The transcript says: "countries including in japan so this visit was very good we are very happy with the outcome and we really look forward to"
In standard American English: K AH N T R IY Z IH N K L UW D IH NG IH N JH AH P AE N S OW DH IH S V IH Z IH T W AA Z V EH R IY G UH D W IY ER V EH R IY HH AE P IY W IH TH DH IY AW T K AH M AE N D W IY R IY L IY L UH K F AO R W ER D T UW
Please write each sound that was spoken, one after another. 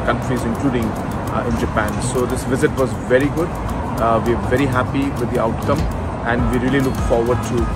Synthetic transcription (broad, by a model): K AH N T R IY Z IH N K L UW D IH NG IH N JH AH P AE N S OW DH IH S V IH Z IH T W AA Z V EH R IY G UH D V IY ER V EH R IY HH AE P IY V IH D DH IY AW T K AH M AE N D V IY R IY L IY L UH K F AO R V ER D T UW